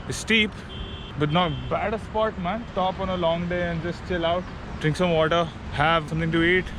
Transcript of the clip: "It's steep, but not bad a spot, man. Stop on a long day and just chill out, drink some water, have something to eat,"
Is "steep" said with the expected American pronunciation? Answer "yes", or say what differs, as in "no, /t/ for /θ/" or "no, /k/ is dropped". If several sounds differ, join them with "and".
yes